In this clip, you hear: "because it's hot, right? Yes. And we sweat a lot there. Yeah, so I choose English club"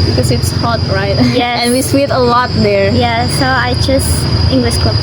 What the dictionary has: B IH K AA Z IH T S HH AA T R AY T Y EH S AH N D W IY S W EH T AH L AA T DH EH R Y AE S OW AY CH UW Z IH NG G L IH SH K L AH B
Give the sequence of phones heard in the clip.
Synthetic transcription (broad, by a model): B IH K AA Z IH T S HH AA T R AY T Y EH AH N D W IY S W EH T AH L AA T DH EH R Y AE S OW AY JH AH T IH NG G L IH SH K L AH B